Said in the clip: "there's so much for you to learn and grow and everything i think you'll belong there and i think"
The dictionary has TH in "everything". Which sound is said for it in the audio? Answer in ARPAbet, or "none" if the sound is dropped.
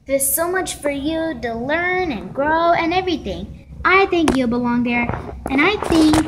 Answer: TH